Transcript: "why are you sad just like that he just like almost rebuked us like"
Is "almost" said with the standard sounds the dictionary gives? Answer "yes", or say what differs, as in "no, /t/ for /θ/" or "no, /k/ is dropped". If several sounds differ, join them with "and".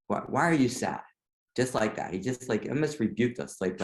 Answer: no, /l/ is dropped